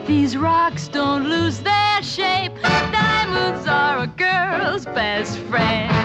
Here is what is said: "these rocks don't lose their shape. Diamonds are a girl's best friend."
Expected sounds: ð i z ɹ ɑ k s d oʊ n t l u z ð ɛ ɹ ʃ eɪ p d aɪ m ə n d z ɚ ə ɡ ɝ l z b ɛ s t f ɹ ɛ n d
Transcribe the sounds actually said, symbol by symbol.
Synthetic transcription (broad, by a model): ð i z ɹ ɑ k s d oʊ n t l u z ð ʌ ɹ ʃ eɪ p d aɪ m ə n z ɚ ə ɡ ɝ l z b ɛ s t f ɹ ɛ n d